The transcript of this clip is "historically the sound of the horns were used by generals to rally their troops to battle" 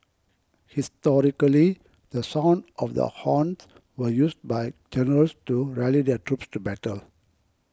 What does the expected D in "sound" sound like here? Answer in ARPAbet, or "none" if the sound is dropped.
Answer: D